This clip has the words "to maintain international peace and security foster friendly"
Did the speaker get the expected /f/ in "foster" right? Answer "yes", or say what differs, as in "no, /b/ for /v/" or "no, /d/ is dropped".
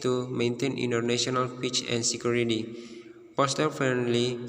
no, /p/ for /f/